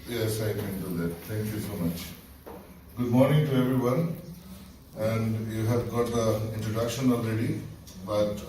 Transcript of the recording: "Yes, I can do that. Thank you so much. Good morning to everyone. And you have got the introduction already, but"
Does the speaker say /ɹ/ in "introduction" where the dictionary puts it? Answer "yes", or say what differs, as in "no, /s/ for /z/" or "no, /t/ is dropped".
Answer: yes